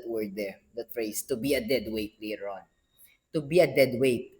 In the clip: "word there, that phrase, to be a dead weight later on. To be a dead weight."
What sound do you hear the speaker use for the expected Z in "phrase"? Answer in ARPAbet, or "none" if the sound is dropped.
S